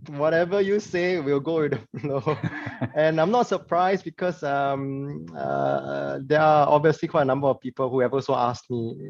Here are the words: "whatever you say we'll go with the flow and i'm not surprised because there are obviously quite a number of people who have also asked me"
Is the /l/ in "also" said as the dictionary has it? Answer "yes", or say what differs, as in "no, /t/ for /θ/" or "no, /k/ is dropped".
no, /l/ is dropped